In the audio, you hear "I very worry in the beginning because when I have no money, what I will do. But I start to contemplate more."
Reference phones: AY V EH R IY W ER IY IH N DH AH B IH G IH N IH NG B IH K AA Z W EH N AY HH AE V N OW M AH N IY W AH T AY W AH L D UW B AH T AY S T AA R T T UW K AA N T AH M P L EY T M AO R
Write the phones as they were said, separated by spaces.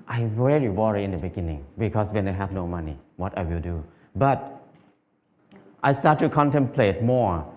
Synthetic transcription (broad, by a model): AY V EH R IY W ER IY IH N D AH B IH G IH N IH NG B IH K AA S W EH N AY HH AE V N OW M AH N IY W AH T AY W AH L D UW B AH T AY S T AA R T T UW K AA N T AH M P L EY T M AO R